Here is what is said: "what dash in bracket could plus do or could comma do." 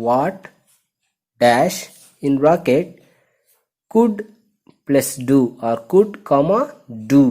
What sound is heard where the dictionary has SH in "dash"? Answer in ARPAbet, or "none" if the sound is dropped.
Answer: SH